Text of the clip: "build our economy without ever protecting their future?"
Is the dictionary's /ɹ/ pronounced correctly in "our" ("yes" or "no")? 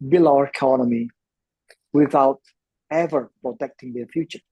yes